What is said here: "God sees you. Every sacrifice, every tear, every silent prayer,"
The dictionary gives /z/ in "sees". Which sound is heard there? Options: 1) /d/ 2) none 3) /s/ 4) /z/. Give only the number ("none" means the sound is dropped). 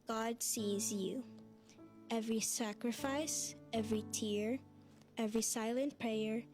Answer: 4